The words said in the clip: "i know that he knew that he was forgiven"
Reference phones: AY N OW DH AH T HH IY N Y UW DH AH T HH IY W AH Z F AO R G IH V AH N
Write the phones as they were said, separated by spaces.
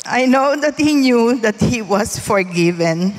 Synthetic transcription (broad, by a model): AY N OW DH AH T HH IY N Y UW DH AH T HH IY W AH S F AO R G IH V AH N